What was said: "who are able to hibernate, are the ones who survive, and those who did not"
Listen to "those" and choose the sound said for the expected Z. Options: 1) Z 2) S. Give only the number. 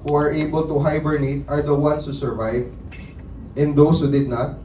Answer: 2